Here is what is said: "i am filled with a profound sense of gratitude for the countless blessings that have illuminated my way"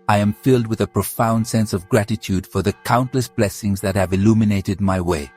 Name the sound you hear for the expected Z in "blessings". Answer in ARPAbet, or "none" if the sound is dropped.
Z